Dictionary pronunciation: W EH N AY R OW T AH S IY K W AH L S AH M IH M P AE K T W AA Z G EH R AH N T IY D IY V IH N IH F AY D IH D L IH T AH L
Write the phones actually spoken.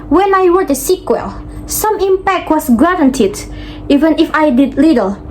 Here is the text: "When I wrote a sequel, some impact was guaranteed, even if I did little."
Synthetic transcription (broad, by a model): W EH N AY W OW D AH S IY K W AH L S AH M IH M P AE K T W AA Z G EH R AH N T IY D IY V IH N IH F AY D IH D L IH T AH L